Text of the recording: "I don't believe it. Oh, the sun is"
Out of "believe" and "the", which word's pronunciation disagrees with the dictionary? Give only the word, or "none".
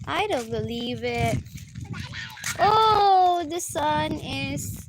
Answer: none